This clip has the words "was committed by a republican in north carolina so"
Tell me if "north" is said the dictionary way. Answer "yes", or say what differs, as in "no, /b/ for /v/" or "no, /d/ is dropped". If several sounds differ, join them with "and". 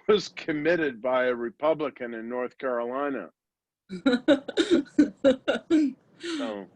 yes